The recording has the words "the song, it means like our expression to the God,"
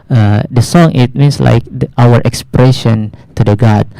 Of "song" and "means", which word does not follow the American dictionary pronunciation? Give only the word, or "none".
means